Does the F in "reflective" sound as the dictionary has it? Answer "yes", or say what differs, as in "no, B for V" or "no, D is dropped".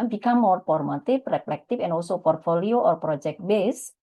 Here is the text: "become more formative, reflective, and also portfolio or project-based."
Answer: no, P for F